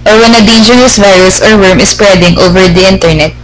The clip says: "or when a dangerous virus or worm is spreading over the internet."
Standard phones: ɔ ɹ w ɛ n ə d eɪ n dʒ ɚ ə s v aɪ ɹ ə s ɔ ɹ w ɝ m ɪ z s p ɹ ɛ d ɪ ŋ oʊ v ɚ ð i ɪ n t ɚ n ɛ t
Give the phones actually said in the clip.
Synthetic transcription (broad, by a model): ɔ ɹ w ɛ n ə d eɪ dʒ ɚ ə s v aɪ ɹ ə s ɔ ɹ w ɝ m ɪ s p ɹ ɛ d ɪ ŋ oʊ v ɚ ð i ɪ n t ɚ n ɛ t